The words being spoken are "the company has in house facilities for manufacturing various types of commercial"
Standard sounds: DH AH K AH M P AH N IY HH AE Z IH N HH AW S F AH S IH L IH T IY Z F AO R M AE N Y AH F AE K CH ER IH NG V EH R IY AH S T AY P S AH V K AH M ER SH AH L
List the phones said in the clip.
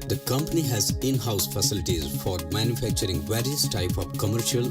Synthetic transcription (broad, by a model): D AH K AH M P AH N IY HH AE Z IH N HH AW S F AH S IH L IH T IY Z F AO R M AE N Y AH F AE K CH ER IH NG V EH R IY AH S T AY P AH V K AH M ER SH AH L